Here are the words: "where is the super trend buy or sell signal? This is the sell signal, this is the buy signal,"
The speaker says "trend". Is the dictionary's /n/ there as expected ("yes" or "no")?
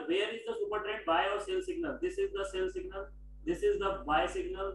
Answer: no